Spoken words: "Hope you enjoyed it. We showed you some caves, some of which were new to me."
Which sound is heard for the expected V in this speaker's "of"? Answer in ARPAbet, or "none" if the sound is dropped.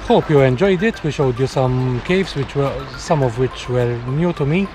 V